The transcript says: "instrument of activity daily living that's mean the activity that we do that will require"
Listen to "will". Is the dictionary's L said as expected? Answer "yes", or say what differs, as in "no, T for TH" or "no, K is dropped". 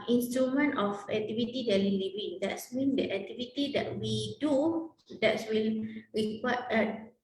yes